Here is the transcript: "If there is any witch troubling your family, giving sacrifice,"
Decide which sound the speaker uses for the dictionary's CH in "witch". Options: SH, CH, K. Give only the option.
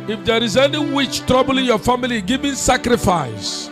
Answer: CH